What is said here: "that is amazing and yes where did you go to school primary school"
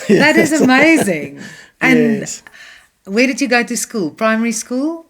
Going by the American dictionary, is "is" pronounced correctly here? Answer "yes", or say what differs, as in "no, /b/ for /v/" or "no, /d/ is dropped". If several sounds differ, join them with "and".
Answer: yes